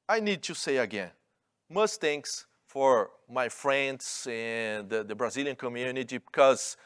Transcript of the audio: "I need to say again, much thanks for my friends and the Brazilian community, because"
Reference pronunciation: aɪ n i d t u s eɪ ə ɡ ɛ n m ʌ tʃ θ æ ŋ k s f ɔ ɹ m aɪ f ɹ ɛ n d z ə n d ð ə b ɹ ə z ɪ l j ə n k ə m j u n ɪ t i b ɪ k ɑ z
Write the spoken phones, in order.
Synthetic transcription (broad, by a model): aɪ n i d t u s eɪ ə ɡ ɛ n m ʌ s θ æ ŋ k s f ɔ ɹ m aɪ f ɹ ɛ n d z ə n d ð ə b ɹ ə z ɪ l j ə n k ə m j u n ɪ t i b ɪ k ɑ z